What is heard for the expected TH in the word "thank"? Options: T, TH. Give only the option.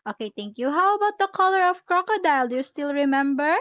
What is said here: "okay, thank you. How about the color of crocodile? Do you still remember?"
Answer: T